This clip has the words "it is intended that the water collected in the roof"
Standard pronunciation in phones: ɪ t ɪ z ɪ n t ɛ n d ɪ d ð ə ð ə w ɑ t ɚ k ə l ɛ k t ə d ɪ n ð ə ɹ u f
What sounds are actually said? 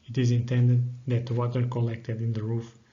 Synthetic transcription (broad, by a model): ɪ t ɪ z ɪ n t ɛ n d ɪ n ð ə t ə w ɑ t ɚ k ə l ɛ k t ə d ɪ n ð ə ɹ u f